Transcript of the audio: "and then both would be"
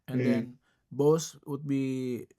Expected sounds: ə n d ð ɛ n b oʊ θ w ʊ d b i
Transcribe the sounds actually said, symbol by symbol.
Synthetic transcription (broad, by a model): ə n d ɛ n b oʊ s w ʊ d b i